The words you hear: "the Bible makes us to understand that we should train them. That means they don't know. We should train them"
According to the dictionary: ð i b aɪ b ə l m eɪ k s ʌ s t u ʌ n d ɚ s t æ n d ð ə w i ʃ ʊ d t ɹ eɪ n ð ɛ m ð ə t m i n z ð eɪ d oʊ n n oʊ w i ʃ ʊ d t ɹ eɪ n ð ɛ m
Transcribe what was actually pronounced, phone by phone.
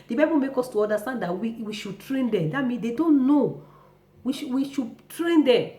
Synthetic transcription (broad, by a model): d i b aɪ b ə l m eɪ k ɔ s t u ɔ n d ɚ s t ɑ n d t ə w i ʃ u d t ɹ eɪ n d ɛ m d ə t m i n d eɪ d oʊ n n oʊ w i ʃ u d t ɹ eɪ n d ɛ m